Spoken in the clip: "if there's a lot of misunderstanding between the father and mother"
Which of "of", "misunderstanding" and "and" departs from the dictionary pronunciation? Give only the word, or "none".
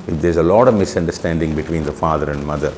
none